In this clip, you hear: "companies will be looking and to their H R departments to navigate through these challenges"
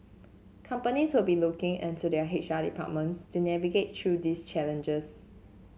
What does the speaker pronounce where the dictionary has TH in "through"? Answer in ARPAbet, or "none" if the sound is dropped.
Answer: T